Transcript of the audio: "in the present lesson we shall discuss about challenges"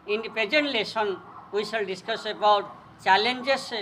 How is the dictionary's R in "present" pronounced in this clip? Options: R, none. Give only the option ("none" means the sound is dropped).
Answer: none